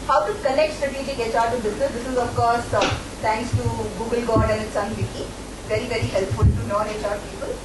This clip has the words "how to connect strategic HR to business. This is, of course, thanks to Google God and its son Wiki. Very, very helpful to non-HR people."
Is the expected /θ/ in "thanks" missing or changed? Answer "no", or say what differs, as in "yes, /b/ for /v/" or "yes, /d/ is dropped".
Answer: yes, /t/ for /θ/